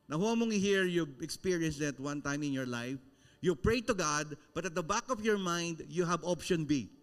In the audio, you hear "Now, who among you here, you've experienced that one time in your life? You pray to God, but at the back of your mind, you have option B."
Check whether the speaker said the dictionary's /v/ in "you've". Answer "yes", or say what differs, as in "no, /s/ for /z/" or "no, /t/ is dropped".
no, /b/ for /v/